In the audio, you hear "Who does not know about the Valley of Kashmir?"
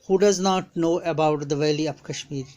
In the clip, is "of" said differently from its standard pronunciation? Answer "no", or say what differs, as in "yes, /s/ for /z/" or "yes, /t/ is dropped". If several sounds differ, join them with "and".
yes, /p/ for /v/